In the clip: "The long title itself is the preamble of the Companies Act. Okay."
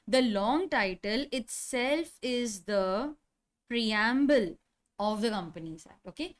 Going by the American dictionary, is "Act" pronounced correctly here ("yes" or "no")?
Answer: no